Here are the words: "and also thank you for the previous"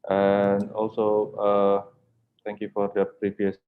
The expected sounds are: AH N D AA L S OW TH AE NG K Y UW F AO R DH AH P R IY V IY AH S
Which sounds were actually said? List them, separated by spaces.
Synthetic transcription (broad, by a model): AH N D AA L S OW T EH NG K Y UW F AO R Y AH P R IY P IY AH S